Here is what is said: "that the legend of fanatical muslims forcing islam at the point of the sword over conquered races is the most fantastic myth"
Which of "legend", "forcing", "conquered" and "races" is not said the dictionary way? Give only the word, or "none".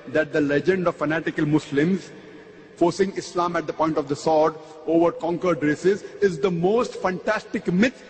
none